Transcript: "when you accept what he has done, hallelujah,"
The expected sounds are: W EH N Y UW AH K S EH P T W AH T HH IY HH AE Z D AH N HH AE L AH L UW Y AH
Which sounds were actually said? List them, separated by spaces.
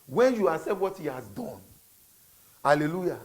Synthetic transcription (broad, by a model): W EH N Y UW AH S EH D W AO T HH IY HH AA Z D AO N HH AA L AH L UW Y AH